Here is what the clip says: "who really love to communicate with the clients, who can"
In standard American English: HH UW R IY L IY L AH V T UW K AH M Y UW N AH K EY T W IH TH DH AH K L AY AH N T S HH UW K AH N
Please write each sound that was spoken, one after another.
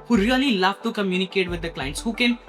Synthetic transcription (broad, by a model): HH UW R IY L IY L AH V T UW K AH M Y UW N AH K EY T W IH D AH K L AY AH N T S HH UW K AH N